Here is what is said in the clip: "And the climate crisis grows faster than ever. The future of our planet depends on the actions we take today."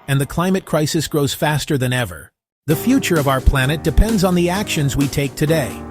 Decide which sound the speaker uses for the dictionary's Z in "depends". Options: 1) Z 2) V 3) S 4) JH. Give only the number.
1